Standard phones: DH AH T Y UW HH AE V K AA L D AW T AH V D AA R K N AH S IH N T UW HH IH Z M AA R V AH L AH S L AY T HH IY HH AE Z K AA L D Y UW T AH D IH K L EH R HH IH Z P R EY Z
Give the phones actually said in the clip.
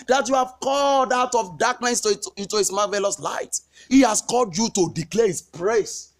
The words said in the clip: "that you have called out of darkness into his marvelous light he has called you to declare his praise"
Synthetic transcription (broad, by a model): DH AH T Y UW HH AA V K AA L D AW T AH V D AA K N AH S IH N T UW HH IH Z M AA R V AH L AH S L AY T HH IY HH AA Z K AA L D Y UW T AH D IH K L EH HH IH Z P R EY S